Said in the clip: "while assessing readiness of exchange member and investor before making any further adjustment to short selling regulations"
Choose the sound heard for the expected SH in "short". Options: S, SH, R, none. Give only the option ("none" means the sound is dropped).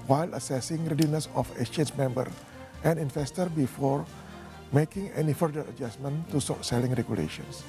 S